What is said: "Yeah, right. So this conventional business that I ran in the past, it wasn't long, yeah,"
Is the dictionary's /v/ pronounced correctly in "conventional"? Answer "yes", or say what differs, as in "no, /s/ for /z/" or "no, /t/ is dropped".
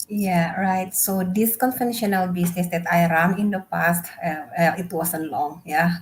no, /f/ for /v/